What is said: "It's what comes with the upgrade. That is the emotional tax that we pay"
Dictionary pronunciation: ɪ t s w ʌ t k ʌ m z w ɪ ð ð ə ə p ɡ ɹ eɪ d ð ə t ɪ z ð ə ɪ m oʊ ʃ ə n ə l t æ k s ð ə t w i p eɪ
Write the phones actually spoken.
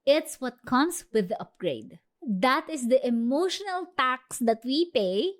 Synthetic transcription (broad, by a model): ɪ t s w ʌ t k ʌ m s w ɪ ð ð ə ə p ɡ ɹ eɪ d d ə t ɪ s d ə ɪ m oʊ ʃ ə n ə l t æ k s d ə t w i p eɪ